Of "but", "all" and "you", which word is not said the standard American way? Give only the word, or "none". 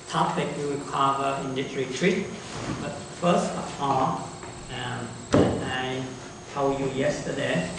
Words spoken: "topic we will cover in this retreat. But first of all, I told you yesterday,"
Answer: all